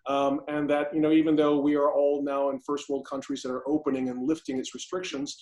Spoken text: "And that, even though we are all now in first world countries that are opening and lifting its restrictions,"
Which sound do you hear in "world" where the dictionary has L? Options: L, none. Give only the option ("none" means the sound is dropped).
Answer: L